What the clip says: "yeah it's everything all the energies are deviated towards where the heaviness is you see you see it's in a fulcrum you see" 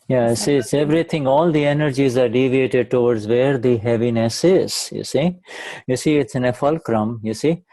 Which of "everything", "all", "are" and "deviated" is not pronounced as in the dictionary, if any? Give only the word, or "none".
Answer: everything